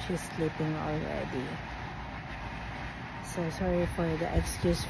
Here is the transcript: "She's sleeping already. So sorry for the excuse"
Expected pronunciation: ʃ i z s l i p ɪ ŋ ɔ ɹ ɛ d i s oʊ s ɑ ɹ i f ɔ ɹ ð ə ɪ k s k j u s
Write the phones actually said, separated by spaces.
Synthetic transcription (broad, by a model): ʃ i s l i p ɪ ŋ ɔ l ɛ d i s oʊ s ɑ ɹ i f ɔ ɹ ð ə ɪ k s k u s